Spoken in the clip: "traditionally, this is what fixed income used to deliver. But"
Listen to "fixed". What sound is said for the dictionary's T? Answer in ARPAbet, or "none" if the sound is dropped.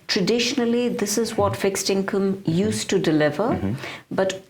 T